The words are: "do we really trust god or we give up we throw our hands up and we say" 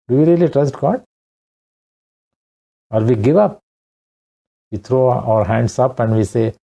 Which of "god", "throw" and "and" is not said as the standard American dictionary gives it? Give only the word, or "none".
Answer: throw